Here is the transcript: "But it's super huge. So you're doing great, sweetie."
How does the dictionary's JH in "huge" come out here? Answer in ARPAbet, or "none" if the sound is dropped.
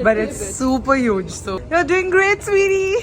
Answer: JH